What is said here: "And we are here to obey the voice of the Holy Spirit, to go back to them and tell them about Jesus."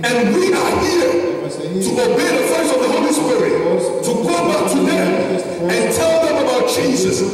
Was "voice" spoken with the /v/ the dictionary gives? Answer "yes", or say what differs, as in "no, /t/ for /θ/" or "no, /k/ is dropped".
no, /f/ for /v/